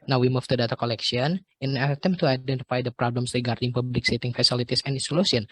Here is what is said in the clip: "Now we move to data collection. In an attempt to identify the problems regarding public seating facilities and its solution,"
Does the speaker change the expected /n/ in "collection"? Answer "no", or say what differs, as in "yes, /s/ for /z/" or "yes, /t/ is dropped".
yes, /n/ is dropped